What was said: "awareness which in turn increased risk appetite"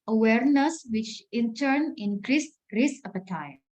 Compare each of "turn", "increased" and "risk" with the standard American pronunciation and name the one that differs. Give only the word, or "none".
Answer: risk